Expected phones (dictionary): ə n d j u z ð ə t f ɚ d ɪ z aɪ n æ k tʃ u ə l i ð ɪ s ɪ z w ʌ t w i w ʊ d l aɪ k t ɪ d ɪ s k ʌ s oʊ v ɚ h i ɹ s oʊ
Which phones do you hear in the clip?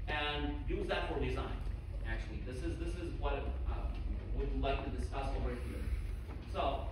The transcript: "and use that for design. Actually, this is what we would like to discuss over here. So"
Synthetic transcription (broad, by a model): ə n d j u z ð ə t f ɚ d ɪ z aɪ n æ k tʃ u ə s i ð ɪ s ɪ z w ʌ t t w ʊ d l aɪ k t ɪ d ɪ s k ʌ s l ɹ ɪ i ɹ s oʊ